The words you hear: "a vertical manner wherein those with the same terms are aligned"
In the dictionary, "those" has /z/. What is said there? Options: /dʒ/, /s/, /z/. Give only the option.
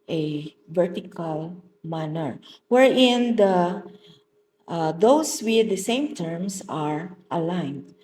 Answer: /s/